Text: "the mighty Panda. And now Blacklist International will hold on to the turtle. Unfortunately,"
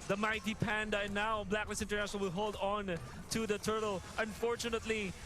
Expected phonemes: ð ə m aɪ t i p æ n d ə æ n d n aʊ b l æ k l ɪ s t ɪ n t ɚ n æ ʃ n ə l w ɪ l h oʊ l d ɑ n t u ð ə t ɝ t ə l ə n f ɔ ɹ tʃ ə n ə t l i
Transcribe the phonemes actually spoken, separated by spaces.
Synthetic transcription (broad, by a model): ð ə m aɪ t i p æ n d ə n n aʊ b l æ k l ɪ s ɪ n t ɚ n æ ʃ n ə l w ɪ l h oʊ l d ɑ n t u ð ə t ɝ t ə l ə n f ɔ ɹ tʃ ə n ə t l i